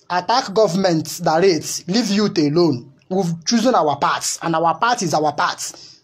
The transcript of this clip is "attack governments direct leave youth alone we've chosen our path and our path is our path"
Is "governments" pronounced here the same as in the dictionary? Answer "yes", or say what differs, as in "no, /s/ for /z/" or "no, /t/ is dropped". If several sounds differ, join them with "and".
no, /s/ is dropped